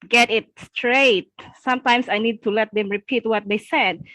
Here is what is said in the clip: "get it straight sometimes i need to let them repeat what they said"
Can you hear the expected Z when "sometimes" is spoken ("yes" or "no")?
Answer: no